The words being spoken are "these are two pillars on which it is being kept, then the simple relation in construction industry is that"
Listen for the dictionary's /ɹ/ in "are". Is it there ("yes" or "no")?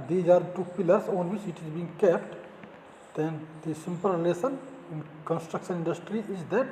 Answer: yes